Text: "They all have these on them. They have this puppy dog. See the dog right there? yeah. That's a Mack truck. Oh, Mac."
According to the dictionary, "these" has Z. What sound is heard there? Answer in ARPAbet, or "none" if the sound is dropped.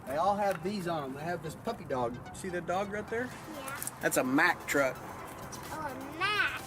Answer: Z